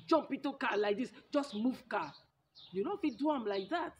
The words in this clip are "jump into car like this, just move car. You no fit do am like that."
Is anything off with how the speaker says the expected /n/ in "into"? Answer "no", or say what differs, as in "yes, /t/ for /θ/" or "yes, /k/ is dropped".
yes, /n/ is dropped